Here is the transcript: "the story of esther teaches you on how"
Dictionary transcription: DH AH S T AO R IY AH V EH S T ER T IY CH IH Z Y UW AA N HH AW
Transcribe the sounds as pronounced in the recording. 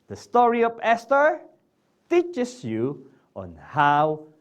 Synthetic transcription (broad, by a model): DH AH S T AO R IY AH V EH S T ER T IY CH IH S Y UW AA N HH AW